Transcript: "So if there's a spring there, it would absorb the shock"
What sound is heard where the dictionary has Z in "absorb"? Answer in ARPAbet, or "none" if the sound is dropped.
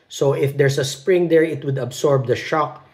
S